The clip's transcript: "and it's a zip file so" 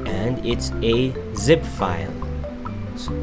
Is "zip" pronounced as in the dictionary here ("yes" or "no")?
yes